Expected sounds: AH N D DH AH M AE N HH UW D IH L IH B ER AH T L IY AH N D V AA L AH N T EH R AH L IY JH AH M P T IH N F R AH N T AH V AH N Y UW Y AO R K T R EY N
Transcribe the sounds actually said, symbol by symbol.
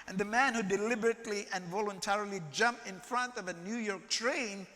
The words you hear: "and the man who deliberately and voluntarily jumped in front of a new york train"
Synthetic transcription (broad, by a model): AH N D DH AH M AE N HH UW D IH L IH B ER AH T L IY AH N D V AA L AH N T EH R AH L IY JH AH M P IH N F R AH N T AH V AH N Y UW Y AO R K T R EY N